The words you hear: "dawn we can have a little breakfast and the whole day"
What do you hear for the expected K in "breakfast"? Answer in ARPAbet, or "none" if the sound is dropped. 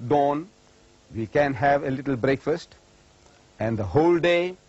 K